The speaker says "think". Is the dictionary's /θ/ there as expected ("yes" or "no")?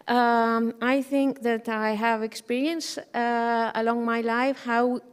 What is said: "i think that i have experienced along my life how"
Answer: yes